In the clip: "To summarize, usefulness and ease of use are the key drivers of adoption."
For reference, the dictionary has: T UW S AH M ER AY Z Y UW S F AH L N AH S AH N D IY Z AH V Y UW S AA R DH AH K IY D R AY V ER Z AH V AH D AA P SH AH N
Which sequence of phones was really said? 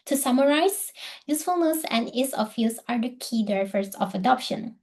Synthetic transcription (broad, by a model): T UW S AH M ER AY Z Y UW S F AH L N AH S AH N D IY S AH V Y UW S AA R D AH K IY D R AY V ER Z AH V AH D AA P SH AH N